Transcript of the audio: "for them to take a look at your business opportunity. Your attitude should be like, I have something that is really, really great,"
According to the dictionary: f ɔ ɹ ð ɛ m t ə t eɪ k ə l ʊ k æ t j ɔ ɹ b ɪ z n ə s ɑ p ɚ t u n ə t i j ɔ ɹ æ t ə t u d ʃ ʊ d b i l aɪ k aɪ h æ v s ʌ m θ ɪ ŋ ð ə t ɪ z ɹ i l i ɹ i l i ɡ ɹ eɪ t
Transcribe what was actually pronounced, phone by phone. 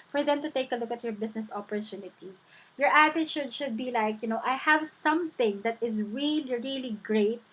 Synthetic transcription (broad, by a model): f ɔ ɹ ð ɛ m t ə t eɪ k ə l ʊ k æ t j ɔ ɹ b ɪ s n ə s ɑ p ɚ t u n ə t i j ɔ ɹ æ t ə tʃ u d ʃ ʊ d b i l aɪ k aɪ h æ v s ʌ m θ ɪ ŋ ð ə t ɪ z ɹ i l i ɹ i l i ɡ ɹ eɪ t